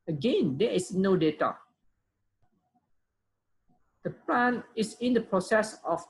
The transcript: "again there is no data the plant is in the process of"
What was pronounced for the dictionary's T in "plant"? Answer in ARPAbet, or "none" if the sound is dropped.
none